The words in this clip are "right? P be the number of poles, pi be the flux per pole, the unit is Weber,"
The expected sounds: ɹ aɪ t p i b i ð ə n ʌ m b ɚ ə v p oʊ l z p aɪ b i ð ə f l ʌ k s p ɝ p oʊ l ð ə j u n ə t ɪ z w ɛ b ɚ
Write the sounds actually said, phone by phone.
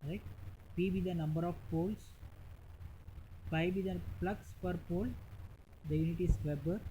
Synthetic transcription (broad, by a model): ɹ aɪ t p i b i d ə n ʌ m b ɚ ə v p oʊ l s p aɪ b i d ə p l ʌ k s p ɝ p oʊ l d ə j u n ə t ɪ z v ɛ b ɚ